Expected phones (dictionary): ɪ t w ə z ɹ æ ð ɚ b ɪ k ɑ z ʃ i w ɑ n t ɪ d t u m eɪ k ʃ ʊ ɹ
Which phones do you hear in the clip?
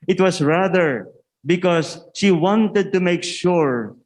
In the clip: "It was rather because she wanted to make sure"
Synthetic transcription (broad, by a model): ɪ t w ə s ɹ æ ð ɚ b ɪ k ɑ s ʃ i w ɑ n t ɪ d t u m eɪ k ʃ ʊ ɹ